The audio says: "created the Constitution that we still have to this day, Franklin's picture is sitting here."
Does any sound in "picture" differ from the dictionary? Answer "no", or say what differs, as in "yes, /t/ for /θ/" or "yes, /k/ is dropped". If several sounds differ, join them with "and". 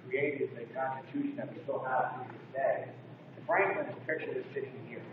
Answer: yes, /k/ is dropped